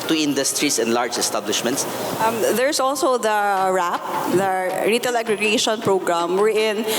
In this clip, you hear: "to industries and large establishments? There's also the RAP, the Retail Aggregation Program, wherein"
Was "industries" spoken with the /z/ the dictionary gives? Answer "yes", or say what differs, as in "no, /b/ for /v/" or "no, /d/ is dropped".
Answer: no, /s/ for /z/